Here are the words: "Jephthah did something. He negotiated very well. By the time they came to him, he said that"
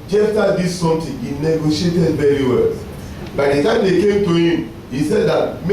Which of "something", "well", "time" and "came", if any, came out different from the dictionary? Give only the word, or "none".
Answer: something